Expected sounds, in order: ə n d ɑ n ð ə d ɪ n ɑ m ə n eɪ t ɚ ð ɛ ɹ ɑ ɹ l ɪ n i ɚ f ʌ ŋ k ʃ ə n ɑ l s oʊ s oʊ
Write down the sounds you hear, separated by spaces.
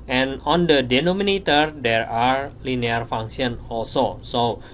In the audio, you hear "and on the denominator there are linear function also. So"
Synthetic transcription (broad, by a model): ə n ɑ n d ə d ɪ n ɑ m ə n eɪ t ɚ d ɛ ɹ ɑ ɹ l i n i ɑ f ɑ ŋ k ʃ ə n ɑ l s oʊ s oʊ